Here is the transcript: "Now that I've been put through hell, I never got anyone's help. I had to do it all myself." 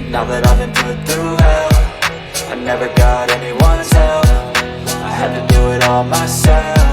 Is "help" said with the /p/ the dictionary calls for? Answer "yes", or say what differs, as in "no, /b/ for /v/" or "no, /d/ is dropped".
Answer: no, /f/ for /p/